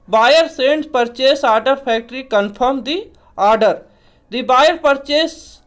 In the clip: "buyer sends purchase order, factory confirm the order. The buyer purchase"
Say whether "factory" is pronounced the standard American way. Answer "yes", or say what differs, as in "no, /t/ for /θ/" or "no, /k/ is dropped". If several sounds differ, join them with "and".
no, /p/ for /f/